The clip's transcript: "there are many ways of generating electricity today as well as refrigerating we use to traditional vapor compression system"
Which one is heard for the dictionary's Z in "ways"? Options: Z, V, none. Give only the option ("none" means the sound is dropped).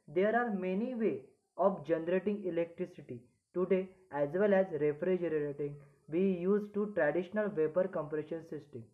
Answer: none